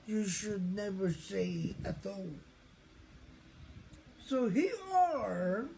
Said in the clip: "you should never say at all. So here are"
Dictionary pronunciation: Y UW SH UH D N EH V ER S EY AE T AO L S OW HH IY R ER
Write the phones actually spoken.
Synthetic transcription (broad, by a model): Y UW SH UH D N EH V ER S EY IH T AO S OW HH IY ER